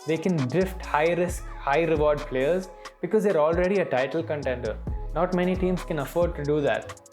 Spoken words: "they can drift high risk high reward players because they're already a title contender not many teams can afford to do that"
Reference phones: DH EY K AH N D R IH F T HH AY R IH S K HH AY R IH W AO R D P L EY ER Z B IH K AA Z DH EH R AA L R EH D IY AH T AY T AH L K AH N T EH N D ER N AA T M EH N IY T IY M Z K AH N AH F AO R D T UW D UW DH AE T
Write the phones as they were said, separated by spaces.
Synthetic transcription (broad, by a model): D EY K AH N D R IH F T HH AY R IH S K HH AY R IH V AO R D P L EY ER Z B IH K AA Z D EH R AA L R EH D IY AH T AY T AH L K AH N T EH N D ER N AA T M EH N IY T IY M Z K AH N AH F AO R D T UW D UW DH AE T